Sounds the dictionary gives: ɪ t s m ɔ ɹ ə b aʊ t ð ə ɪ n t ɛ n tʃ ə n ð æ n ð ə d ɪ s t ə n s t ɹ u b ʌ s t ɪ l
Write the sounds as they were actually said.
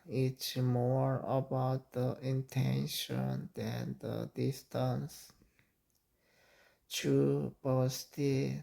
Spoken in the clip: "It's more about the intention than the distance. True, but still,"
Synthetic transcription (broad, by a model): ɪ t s m ɔ ɹ ə b aʊ t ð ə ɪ n t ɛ n ʃ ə n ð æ n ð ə d ɪ s t ə n s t u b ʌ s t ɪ